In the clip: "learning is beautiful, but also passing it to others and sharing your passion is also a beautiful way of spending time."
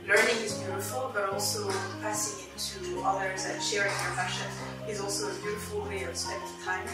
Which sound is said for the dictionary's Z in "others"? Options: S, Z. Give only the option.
Z